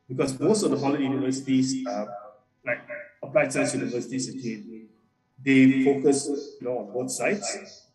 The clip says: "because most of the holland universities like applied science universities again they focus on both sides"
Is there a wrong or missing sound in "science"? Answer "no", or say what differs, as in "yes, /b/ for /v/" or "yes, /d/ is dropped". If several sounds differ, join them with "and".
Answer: yes, /n/ is dropped